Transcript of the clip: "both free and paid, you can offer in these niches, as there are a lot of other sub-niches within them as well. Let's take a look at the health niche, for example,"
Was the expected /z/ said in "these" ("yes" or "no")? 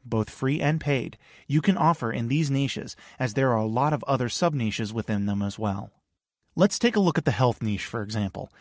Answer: yes